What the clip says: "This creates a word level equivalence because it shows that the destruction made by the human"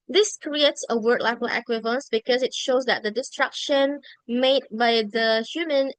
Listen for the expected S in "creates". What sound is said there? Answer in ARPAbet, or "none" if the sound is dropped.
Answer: S